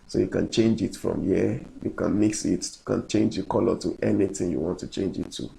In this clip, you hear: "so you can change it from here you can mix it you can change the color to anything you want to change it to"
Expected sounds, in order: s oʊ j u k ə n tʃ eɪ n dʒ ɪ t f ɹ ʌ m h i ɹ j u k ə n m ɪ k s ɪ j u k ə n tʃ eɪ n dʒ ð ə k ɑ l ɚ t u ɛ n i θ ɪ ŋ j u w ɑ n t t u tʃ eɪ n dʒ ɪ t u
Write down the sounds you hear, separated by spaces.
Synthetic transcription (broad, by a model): s oʊ j u k ə n tʃ eɪ n dʒ ɪ t f ɹ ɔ m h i j u k ə n m ɪ k s ɪ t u k ə n tʃ eɪ n dʒ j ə k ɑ l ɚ t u ɛ n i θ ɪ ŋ j u w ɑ n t t u tʃ eɪ n dʒ ɪ t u